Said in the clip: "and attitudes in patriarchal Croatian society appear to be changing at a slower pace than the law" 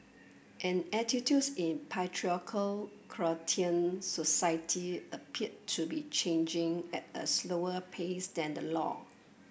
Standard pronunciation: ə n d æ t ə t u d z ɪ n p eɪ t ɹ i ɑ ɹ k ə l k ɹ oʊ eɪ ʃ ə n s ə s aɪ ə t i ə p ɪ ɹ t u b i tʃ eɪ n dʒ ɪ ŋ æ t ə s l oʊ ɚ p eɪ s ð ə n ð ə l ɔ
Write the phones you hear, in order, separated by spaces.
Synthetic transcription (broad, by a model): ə n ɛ t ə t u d s ɪ n p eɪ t ɹ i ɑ k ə l k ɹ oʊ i ə n s ə s aɪ ə t i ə p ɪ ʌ t u b i tʃ eɪ n dʒ ɪ ŋ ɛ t ə s l oʊ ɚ p eɪ s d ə n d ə l ɔ